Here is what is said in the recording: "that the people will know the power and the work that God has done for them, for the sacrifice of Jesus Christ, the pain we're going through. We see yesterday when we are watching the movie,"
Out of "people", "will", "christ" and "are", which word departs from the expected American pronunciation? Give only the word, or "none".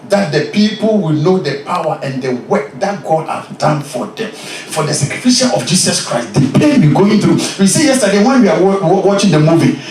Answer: are